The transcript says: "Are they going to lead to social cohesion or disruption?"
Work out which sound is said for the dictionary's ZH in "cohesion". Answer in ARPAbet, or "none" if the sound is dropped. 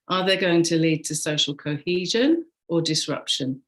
ZH